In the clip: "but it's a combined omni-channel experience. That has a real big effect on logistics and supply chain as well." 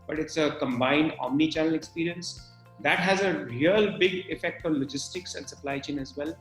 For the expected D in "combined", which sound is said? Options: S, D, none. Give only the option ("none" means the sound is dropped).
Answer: D